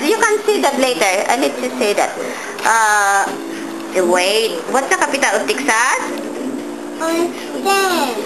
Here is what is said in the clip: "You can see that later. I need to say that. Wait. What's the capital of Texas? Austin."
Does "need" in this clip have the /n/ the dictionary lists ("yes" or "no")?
no